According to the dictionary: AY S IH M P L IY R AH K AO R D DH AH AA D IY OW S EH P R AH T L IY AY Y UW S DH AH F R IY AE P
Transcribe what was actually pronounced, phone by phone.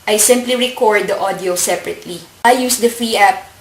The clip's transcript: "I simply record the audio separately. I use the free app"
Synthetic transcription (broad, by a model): AY S IH M P L IY R AH K AO R D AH AA D IY OW S EH P R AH T L IY AY Y UW S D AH F IY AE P